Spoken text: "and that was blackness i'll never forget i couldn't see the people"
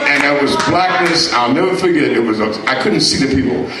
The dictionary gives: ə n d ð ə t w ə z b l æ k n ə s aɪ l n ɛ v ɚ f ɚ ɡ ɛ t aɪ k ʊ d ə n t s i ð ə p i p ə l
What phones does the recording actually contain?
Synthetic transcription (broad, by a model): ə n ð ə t w ə z b l æ k n ə s aɪ l n ɛ v ɚ f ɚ ɡ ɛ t aɪ k ʊ d n t s i ð ə p i p l